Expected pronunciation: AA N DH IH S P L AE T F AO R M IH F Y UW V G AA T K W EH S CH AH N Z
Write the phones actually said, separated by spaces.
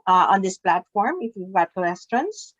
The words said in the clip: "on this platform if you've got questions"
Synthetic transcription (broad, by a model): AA N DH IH S P L AE T F AO R M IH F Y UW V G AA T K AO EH S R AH N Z